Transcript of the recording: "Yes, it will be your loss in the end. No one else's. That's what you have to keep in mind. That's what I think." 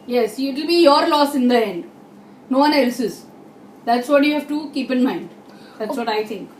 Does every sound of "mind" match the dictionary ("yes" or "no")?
yes